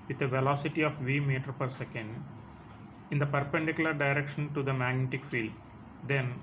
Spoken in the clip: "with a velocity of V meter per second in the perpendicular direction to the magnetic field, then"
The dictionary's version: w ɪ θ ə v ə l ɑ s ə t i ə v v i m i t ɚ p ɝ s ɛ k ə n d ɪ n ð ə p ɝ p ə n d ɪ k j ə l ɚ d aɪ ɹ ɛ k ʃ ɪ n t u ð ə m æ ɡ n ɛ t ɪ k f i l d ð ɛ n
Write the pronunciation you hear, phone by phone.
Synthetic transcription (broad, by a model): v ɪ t ə v ə l ɑ s ə t i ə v v i m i t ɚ p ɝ s ɛ k ə n d ɪ n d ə p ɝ p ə n d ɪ k j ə l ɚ d aɪ ɹ ɛ k ʃ ɪ n t u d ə m æ ɡ n ɛ t ɪ k f i l d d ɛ n